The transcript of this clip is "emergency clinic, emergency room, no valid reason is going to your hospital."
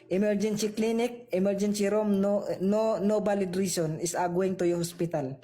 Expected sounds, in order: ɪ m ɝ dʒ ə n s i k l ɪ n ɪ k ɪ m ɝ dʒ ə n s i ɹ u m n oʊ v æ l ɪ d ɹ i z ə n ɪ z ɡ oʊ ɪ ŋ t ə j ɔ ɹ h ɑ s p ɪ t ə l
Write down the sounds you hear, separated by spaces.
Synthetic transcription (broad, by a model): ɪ m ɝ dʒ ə n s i k l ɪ n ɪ k ɪ m ɝ dʒ ə n s i ɹ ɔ m n oʊ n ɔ l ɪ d ɹ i s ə n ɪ s ɡ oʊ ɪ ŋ t ə j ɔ h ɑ s p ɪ t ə l